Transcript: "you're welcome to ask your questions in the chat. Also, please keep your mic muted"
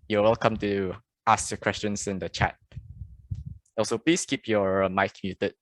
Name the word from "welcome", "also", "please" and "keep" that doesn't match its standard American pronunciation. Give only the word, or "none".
please